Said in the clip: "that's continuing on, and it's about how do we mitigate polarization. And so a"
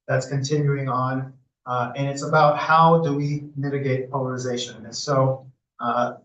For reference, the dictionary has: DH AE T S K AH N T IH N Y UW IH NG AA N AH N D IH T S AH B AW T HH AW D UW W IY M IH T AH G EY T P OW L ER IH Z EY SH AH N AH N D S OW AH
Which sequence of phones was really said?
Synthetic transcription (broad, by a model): DH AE T S K AH N T IH N Y UW IH NG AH N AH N IH T S AH B AW T HH AW D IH W IY M IH T AH G EY T P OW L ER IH Z EY AH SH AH N S OW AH